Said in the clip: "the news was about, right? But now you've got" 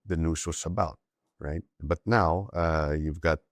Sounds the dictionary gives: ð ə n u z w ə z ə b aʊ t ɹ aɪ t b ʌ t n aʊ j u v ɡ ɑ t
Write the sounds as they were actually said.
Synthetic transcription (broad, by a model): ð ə n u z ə s ə b aʊ t ɹ aɪ t b ʌ t n aʊ j u v ɡ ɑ t